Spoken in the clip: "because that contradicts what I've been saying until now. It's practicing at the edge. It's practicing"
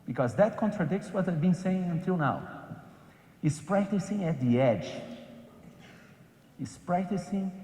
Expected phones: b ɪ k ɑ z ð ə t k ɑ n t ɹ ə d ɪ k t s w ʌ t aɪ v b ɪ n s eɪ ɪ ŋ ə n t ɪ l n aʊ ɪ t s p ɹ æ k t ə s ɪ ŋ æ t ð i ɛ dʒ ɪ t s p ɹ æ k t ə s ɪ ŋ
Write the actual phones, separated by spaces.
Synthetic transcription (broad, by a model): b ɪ k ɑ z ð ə t k ɑ n t ɹ ə d ɪ k t s w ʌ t aɪ v b ɪ n s eɪ ɪ ŋ ə n t ɪ l n aʊ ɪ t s p ɹ æ k t ə s ɪ ŋ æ t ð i ɛ dʒ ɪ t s p ɹ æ k t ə s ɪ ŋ